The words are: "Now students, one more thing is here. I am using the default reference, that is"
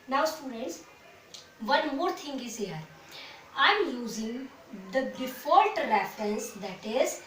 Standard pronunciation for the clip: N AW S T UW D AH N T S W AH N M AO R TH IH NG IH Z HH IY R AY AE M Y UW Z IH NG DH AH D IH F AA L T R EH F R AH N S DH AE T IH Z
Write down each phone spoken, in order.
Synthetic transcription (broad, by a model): N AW S T UW D AH N T S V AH N M AO R T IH NG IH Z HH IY R AY M Y UW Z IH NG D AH D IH F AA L T R EH F R AH N S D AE T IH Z